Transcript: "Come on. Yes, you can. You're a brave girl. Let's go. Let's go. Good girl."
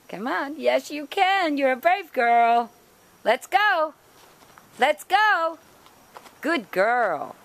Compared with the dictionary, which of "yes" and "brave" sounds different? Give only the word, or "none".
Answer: none